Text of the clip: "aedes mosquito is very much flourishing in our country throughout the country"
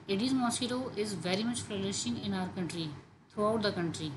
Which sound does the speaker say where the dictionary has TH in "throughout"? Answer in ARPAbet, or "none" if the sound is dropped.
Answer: T